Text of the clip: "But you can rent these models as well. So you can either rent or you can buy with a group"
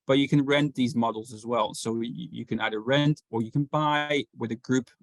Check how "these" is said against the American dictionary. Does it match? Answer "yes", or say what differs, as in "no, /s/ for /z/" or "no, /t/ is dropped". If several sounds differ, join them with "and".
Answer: yes